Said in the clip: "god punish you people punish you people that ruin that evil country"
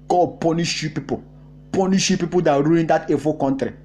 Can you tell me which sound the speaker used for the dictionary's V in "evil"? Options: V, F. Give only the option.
F